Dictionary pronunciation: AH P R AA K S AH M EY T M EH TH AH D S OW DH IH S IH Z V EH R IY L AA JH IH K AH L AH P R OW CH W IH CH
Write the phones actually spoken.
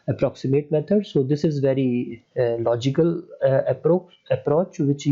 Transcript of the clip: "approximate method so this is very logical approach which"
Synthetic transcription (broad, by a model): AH P R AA K S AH M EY T M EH T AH D S OW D IH S IH Z V EH R IY L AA JH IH K AH L AH P R OW CH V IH CH